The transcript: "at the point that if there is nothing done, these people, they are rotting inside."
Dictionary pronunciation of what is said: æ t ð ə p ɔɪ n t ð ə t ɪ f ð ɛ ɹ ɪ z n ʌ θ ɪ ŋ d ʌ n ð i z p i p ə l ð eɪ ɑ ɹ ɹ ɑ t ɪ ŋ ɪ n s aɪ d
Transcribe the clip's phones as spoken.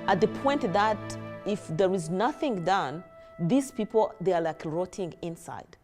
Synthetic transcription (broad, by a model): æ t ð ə p ɔɪ n t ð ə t ɪ f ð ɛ ɹ ɪ z n ʌ θ ɪ ŋ d ʌ n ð i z p i p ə l ð eɪ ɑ l ɹ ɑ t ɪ ŋ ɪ n s aɪ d